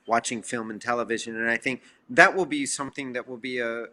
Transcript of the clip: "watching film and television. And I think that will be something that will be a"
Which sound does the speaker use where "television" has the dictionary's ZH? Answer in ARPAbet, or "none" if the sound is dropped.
ZH